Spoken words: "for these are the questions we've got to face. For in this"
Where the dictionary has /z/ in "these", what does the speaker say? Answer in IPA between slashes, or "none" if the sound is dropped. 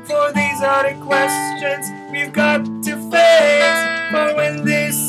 /z/